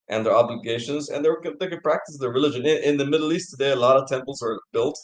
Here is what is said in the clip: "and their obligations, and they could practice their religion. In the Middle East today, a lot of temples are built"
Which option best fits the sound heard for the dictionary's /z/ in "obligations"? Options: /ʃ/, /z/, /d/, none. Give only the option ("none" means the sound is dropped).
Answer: /z/